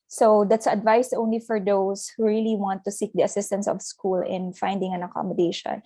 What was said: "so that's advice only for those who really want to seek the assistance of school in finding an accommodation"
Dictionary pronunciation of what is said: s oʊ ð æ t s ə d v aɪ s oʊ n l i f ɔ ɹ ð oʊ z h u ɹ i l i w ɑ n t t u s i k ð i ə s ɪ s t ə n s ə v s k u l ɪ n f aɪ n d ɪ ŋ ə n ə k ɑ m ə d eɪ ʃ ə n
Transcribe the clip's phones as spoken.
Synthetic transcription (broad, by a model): s oʊ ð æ t s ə d v aɪ s oʊ n l i f ɔ ɹ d oʊ s h u ɹ i l i w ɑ n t t u s i k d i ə s ɪ s t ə n s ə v s k u l ɪ n f aɪ n d ɪ ŋ ə n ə k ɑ m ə d eɪ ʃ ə n